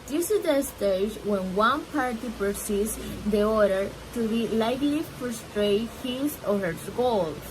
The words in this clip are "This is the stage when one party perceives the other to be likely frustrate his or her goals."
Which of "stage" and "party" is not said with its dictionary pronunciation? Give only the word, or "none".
none